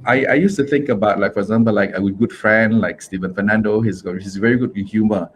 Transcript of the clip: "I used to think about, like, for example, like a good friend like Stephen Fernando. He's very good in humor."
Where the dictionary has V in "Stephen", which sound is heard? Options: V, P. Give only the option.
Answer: V